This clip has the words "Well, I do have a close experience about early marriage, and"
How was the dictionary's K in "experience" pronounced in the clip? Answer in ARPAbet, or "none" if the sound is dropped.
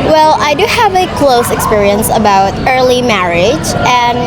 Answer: K